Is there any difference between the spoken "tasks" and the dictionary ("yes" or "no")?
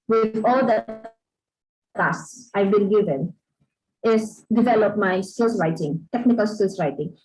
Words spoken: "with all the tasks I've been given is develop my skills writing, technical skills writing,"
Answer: yes